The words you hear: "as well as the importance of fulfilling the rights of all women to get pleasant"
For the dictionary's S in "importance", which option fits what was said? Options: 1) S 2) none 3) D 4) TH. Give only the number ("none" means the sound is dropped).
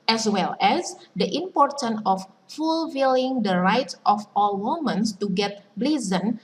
2